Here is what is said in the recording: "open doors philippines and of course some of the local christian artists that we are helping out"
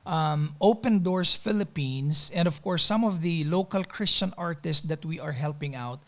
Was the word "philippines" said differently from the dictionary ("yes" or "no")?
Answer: yes